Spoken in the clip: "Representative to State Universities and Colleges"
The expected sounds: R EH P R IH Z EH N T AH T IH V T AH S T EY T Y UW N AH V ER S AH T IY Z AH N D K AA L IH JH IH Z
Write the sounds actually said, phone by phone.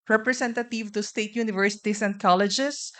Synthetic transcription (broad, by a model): R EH P R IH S EH N T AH T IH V T AH S T EY T Y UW N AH V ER S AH T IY S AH N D K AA L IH JH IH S